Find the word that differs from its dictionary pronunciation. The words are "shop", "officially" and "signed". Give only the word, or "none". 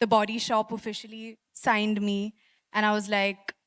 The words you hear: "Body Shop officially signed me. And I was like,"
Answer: none